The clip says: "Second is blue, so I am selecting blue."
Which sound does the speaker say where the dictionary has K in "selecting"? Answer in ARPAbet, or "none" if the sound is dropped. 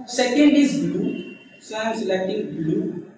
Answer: none